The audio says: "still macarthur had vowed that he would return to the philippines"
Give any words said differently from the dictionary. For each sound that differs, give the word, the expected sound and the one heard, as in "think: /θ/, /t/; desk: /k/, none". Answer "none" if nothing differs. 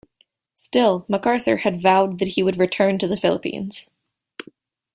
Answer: none